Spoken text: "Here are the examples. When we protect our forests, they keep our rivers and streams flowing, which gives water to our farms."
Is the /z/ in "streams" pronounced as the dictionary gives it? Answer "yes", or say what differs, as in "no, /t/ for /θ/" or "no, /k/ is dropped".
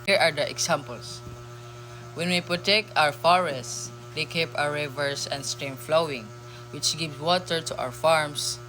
no, /z/ is dropped